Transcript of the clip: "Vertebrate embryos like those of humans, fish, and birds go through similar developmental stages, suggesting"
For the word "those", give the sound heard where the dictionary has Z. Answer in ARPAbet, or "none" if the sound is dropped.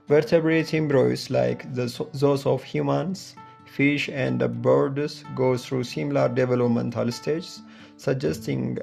S